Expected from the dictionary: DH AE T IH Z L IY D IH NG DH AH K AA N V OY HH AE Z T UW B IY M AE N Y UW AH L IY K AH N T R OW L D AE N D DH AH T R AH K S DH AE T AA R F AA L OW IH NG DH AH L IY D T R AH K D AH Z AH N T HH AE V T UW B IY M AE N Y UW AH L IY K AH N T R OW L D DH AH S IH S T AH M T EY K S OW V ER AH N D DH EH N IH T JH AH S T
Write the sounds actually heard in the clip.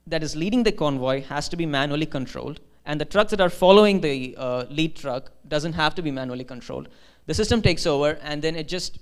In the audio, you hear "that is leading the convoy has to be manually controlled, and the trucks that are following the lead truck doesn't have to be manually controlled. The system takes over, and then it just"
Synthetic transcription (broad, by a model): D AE T IH Z L IY D IH NG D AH K AA N V OY HH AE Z T UW B IY M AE N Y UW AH L IY K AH N T R OW L D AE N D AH T R AH K S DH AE T AA R F AA L OW IH NG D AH L IY D T R AH K D AH Z AH N T HH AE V T UW B IY M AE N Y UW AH L IY K AH N T R OW L D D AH S IH S T AH M T EY K S OW V ER AH N D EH N IH T JH AH S T